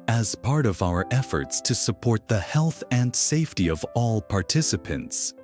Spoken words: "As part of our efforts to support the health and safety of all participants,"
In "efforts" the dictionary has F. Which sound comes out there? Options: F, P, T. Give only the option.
F